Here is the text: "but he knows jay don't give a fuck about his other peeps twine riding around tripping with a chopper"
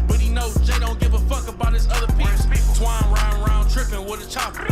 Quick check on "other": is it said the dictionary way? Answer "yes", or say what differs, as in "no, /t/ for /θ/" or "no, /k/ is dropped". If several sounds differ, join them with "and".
yes